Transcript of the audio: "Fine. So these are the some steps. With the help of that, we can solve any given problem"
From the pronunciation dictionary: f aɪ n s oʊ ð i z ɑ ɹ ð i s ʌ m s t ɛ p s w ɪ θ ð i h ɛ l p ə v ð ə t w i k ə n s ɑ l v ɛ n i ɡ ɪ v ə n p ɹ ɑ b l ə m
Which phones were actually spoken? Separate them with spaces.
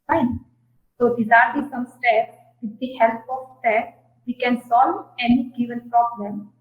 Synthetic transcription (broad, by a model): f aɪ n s oʊ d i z ɑ ɹ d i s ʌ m s t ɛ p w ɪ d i h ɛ l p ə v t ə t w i k ə n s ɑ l ɛ n i ɡ ɪ v ə n p ɹ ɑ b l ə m